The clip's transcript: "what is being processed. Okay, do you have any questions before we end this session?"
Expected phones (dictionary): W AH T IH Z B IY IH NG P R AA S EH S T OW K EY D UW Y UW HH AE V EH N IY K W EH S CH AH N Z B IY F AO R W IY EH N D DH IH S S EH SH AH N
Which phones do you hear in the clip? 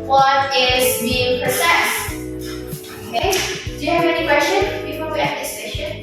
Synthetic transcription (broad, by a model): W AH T IH Z B IY IH NG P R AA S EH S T OW K EY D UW Y UW HH AE V EH N IY K W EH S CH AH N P IY P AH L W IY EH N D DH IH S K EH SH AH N